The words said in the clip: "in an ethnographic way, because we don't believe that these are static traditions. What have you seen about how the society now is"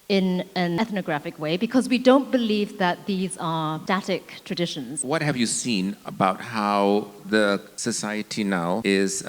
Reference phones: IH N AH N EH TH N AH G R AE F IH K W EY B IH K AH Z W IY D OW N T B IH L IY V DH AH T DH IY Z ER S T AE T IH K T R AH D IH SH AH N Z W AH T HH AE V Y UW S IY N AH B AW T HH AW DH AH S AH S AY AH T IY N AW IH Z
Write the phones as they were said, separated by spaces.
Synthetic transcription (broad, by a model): IH N AH N EH TH N AH G R AE F IH K W EY B IH K AH Z W IY D OW N T B IH L IY V DH AH T DH IY Z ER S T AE T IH K T R AH D IH SH AH N Z W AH T HH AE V Y UW S IY N AH B AW T HH AW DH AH S AH S AY AH T IY N AW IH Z